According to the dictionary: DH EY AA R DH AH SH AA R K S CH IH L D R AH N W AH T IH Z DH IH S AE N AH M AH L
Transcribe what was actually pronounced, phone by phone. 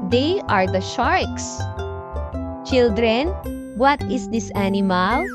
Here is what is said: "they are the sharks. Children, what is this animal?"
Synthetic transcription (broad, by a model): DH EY AA R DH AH SH AA R K S CH IH L D R AH N W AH T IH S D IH S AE N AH M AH L